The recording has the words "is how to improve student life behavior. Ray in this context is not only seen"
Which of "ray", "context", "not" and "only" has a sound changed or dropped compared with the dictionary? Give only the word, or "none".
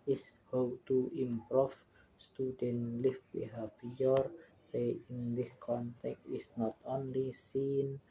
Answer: context